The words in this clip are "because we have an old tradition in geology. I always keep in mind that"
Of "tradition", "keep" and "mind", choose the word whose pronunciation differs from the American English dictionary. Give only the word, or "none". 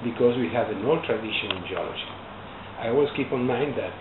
none